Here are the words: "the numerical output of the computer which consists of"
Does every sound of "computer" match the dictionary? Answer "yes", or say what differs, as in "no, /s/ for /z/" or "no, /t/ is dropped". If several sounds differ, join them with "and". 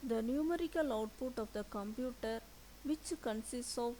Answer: yes